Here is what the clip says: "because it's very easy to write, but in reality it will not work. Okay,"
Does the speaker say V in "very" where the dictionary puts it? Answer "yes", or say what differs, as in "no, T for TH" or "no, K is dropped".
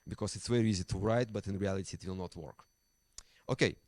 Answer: no, W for V